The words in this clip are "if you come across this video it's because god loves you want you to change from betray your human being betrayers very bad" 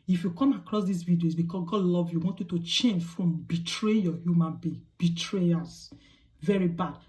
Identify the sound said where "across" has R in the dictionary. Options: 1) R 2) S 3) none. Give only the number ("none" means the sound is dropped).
1